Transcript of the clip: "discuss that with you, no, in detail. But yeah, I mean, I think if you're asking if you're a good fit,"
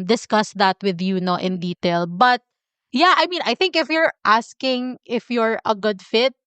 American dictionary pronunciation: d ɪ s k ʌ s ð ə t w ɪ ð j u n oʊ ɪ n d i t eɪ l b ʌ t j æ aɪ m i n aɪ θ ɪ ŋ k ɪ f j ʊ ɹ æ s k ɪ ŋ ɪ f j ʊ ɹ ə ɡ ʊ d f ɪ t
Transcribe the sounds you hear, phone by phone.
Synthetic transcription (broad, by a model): d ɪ s k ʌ s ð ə t w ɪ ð j u n oʊ ɪ n d i t eɪ l b ʌ t j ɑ aɪ m i n aɪ θ ɪ ŋ k ɪ f j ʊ ɹ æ s k ɪ ŋ ɪ f j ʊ ɹ ə ɡ ʊ d f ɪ t